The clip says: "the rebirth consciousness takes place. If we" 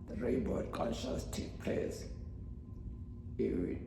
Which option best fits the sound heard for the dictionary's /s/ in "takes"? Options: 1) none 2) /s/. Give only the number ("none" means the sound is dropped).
1